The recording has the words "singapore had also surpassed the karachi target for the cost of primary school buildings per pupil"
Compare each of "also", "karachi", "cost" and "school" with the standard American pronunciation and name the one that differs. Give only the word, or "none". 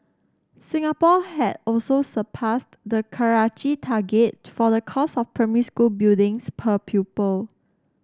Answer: cost